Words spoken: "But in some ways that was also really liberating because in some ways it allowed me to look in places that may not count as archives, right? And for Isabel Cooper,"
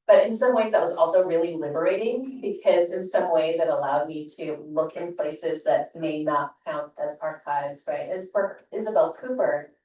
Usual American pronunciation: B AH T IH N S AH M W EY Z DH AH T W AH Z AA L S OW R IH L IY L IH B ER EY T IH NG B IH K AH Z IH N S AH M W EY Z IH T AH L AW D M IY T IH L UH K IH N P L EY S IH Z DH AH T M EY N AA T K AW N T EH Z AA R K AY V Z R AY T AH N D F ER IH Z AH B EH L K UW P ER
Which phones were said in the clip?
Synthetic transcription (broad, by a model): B AH T IH N S AH M W EY Z DH AH T W AH Z AA L S OW R IH L IY L IH B ER EY T IH NG B IH K AH Z IH N S AH M W EY Z IH T AH L AW D M IY T IH L UH K IH N P L EY S IH Z DH AH T M EY N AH T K AW N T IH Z AA R K AY V Z R AY T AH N F ER IH Z AH B EH L K UW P ER